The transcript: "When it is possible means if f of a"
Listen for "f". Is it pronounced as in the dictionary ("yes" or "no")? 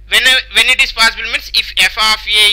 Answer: yes